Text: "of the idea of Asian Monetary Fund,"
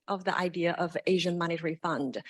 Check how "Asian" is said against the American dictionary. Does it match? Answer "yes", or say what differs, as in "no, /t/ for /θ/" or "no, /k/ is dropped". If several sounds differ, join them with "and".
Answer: yes